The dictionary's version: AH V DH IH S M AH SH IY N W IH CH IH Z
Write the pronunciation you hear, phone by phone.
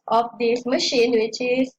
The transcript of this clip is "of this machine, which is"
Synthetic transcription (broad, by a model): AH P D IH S M AH SH IY N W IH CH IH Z